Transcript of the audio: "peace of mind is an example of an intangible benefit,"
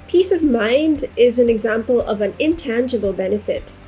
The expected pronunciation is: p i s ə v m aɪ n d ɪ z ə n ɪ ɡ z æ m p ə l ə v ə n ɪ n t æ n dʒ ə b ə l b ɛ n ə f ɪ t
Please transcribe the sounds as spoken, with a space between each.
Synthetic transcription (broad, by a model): p i s ə v m aɪ n d ɪ z ə n ɪ ɡ z æ m p ə l ə v ə n ɪ n t æ n dʒ ə b ə l b ɛ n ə f ɪ t